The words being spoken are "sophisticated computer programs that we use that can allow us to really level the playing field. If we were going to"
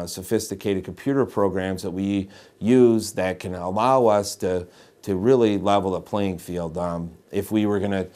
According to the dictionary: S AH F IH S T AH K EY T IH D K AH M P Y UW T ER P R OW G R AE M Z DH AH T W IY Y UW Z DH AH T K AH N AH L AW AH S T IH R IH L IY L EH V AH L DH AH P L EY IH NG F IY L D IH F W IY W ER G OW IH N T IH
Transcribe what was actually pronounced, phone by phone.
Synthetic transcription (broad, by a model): S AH F IH S T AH K EY T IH D K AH M P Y UW T ER P R OW G R AE M Z DH AH T W IY Y UW Z DH AH T K AH N AH L AW AH S T IH R IH L IY L EH V L DH AH P L EY IH NG F IY L D IH F W IY W ER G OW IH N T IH